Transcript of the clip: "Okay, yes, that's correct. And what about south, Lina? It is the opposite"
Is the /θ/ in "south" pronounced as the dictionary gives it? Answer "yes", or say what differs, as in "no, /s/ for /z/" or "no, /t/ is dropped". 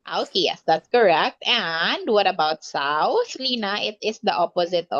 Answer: no, /s/ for /θ/